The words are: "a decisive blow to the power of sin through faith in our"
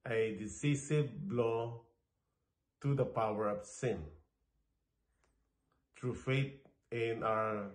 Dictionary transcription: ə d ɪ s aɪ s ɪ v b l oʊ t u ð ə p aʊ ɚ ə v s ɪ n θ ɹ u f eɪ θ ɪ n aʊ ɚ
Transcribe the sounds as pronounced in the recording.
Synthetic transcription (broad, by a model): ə d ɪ s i s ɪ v b l oʊ t u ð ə p aʊ ɚ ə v s ɪ n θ ɹ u f eɪ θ ɪ n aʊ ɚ